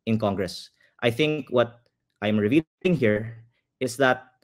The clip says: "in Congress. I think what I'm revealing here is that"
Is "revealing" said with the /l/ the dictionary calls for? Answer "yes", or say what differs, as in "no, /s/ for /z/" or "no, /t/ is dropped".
no, /l/ is dropped